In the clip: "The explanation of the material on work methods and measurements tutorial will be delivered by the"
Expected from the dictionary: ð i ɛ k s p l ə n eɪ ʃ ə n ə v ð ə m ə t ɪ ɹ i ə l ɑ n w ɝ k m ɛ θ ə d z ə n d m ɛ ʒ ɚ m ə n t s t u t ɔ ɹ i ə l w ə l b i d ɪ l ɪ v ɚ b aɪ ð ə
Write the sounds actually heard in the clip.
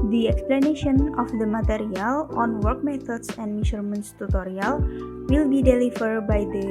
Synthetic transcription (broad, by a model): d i ɛ k s p l ə n eɪ ʃ ə n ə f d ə m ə t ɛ ɹ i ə l ɑ n w ɝ k m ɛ t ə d s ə n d m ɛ ʃ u m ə n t s t u t ɔ ɹ i ə l w ə l b i d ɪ l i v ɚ b aɪ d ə